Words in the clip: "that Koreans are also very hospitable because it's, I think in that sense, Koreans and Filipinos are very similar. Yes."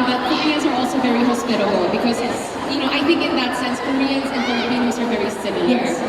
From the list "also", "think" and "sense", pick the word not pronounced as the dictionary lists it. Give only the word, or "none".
none